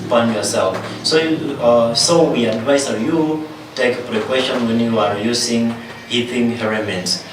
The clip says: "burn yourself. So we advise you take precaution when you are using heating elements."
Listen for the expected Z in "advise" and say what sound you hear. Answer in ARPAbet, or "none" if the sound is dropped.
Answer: S